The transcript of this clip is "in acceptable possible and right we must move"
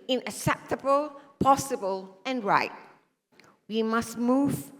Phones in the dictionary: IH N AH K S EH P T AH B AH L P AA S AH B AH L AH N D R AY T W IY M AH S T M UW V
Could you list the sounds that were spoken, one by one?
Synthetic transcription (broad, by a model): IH N AH K S EH P T AH B AH L P AA S AH B AH L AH N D R AY T W IY M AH S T M UW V